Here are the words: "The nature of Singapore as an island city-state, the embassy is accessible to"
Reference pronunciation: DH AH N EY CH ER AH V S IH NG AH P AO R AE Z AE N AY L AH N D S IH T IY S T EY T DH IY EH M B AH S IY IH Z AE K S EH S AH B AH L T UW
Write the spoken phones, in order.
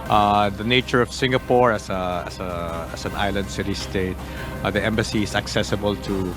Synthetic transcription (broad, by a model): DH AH N EY CH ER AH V S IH NG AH P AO R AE S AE N AY L AH N D S IH T IY S T EY T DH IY EH M B AH S IY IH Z AE K S EH S AH B AH L T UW